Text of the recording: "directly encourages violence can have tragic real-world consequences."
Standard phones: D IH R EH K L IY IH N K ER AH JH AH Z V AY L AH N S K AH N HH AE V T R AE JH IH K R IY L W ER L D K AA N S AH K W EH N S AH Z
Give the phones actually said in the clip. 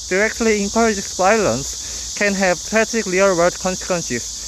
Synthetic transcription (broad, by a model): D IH R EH K L IY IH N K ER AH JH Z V AY L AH N S K AH N HH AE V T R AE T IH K L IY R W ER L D K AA N S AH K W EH N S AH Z